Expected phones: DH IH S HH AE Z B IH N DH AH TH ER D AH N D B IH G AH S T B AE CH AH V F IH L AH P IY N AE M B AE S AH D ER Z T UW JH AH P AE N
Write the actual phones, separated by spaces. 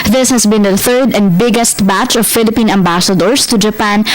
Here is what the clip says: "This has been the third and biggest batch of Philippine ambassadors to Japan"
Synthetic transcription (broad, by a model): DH IH S HH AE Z B IH N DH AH TH ER D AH N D B IH G AH S T B AE CH AH V F IH L AH P IY N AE M B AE S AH D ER S T UW JH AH P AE N